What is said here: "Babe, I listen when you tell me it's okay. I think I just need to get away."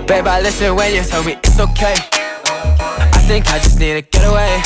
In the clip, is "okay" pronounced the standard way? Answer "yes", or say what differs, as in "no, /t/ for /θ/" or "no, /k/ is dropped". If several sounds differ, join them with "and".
yes